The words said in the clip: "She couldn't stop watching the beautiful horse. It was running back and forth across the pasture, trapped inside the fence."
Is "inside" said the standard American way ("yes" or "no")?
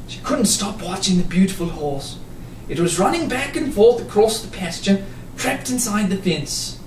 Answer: yes